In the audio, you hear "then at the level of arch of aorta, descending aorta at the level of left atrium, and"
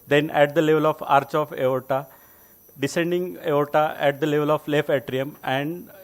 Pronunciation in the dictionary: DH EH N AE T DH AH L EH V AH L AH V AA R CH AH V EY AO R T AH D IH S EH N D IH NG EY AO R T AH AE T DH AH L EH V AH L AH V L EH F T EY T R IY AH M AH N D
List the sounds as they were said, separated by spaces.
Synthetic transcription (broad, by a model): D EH N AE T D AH L EH V AH L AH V AA R CH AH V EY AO T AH D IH S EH N D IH NG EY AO T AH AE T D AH L EH V AH L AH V L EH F EY T R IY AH M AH N D